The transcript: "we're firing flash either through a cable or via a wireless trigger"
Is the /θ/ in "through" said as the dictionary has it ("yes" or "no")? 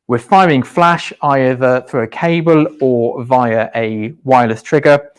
yes